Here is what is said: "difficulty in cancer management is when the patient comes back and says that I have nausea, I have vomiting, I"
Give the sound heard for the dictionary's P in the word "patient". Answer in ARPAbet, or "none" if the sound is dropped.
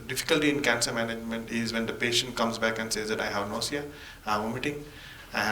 P